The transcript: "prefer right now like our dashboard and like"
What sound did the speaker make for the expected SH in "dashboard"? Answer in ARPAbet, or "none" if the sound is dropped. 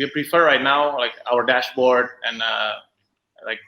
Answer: SH